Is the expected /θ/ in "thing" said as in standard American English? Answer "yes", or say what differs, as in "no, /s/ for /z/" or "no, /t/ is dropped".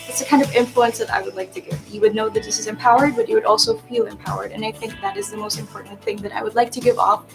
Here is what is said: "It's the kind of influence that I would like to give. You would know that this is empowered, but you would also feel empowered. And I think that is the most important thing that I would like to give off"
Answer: yes